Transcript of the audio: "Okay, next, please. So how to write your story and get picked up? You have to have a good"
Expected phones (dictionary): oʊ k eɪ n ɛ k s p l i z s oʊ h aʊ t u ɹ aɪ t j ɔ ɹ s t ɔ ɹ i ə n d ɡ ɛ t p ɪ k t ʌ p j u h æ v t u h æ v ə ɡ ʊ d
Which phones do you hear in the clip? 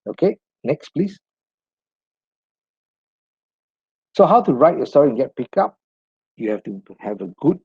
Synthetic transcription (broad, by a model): oʊ k eɪ n ɛ k s p l i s s oʊ h aʊ t u ɹ aɪ t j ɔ s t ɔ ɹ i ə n ɡ ɛ t p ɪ k ɑ p j u h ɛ f t u h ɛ v ə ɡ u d